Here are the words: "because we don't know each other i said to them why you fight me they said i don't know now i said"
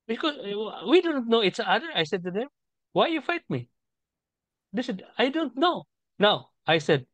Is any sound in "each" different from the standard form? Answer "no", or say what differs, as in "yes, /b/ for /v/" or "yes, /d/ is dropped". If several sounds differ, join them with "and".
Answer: yes, /s/ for /tʃ/